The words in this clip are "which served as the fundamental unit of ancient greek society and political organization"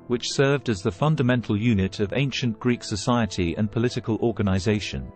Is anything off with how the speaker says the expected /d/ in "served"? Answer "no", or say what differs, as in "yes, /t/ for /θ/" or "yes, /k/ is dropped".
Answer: no